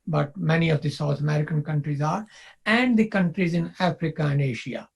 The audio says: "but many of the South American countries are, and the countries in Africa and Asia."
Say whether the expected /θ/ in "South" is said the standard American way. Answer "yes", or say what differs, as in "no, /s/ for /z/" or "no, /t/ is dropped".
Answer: no, /t/ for /θ/